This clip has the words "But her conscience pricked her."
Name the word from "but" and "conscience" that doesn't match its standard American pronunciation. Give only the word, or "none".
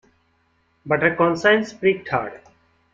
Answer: conscience